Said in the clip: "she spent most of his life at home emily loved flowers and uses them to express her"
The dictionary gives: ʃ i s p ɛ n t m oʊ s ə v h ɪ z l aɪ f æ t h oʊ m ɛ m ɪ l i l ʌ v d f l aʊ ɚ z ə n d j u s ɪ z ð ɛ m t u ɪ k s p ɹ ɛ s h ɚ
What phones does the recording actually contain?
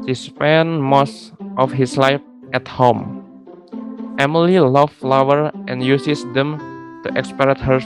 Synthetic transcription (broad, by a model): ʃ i s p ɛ n m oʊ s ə f h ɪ s l aɪ f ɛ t h oʊ m ɛ m ɪ l i l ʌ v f l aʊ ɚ ə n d j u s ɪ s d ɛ m t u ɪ k s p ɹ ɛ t h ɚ